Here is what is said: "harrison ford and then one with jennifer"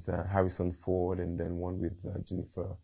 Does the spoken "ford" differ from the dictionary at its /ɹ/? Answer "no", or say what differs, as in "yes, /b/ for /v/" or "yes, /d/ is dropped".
yes, /w/ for /ɹ/